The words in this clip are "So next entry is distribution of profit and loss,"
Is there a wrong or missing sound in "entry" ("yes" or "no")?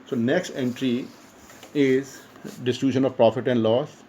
no